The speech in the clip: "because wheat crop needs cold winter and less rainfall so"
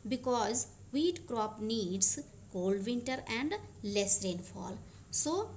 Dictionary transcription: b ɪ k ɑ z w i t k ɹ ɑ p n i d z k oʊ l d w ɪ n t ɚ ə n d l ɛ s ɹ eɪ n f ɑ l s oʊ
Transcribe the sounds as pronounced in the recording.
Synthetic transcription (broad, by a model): b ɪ k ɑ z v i t k ɹ ɑ p n i d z k oʊ l d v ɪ n t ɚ ə n d l ɛ s ɹ eɪ n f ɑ l s oʊ